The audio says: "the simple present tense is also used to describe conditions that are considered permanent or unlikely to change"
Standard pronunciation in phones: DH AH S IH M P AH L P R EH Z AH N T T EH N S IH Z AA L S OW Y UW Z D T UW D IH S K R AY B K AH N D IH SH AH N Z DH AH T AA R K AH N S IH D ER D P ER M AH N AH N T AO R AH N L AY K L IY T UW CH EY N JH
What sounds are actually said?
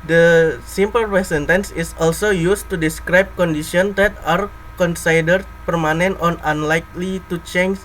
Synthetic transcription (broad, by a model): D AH S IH M P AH L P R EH S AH N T T EH N S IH S AA L S OW Y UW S T UW D IH S K R AY B K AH N D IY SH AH N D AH T AA R K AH N S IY D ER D P ER M AH N AH N T AO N AH N L AY K L IY T UW CH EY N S